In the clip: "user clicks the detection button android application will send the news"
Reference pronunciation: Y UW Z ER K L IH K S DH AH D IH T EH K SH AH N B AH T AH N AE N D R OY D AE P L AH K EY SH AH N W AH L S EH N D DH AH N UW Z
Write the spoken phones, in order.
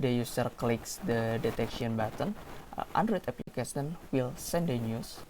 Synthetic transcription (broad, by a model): Y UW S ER K L IH K S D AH D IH T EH K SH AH N B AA T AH N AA N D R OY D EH P L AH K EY S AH N W AH L S EH N D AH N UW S